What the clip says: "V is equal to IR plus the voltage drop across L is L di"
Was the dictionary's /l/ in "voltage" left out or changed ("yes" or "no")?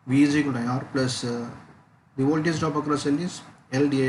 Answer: yes